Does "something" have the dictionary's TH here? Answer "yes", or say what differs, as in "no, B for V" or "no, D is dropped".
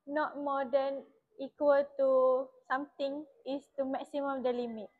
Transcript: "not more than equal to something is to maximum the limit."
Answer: no, T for TH